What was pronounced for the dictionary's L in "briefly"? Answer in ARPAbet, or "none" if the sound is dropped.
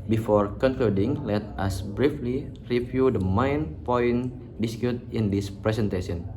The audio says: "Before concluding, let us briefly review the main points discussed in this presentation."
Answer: L